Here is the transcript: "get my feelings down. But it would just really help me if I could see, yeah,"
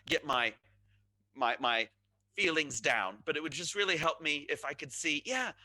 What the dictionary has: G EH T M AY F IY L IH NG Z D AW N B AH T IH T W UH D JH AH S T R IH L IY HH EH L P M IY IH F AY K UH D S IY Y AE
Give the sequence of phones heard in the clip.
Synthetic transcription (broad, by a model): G EH T M AY F IY L IH NG Z D AW N B AH T IH T W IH D JH AH S T R IH L IY HH EH L P M IY IH F AY K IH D S IY Y AE